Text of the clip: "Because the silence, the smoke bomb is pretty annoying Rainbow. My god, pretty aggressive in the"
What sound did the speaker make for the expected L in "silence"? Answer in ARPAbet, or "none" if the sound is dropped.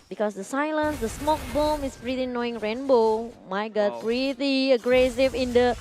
L